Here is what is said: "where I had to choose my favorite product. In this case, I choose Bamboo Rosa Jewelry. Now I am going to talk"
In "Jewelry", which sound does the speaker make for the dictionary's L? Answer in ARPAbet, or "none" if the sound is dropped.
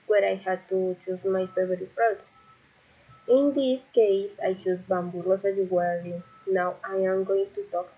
W